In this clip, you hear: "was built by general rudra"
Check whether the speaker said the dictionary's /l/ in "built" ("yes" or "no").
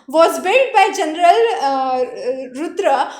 no